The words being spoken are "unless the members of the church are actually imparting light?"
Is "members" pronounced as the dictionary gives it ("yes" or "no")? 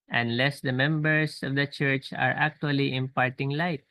no